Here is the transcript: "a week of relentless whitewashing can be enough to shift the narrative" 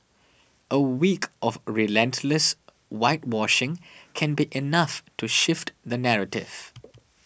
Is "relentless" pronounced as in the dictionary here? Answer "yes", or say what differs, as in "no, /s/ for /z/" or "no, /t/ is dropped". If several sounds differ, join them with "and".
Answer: yes